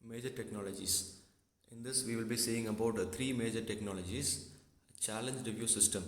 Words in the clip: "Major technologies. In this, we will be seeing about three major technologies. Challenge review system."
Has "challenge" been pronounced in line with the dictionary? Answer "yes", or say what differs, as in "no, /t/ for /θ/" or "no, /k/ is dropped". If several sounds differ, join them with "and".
yes